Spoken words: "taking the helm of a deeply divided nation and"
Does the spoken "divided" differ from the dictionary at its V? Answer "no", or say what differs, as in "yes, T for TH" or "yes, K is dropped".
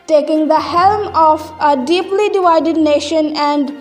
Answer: no